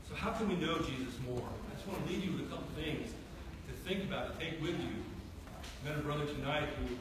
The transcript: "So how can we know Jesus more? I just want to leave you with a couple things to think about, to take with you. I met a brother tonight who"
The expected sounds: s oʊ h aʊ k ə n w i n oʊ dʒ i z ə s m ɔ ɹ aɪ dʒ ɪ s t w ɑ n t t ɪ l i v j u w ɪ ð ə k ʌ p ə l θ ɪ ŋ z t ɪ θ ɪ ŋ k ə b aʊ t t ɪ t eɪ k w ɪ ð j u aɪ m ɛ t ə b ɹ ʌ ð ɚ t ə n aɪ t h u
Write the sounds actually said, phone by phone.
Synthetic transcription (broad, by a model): s oʊ h aʊ k ə n w i n oʊ dʒ i z ə s m ɔ ɹ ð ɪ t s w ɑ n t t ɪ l i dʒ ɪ w ɪ ð ə k ʌ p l θ ɪ ŋ z t ɪ θ ɪ ŋ k ə b aʊ t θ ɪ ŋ k w ɪ ð j u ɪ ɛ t ə b ɹ ʌ ð ɚ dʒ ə n aɪ t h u